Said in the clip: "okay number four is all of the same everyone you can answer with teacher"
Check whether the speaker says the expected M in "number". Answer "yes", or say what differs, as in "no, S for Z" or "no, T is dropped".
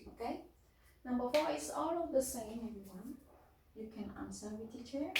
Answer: no, M is dropped